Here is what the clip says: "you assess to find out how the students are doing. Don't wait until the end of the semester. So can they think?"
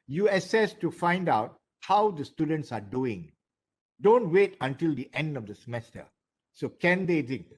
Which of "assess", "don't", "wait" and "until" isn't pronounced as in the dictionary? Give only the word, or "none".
none